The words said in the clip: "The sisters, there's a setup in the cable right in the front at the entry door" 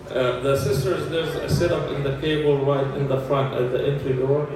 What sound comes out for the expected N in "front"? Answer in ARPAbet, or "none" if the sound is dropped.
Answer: N